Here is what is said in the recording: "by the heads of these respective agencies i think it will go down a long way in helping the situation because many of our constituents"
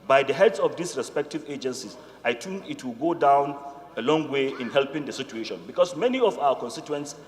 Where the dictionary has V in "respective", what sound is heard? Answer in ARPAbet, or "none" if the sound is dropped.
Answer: V